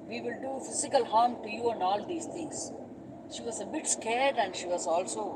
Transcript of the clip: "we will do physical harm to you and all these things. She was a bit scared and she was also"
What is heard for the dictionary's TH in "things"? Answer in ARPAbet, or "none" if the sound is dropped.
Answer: T